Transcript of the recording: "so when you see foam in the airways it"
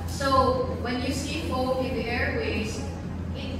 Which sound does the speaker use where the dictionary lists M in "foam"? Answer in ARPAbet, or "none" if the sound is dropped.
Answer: none